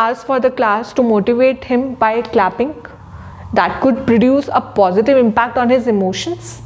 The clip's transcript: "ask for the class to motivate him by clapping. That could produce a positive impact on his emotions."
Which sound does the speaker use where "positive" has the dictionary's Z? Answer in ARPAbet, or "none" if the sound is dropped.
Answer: Z